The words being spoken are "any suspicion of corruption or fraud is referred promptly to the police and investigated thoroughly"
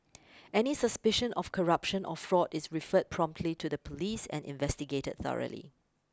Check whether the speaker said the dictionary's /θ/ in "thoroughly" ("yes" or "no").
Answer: yes